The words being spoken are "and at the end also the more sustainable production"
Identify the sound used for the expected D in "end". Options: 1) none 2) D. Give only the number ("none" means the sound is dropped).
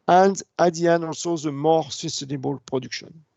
1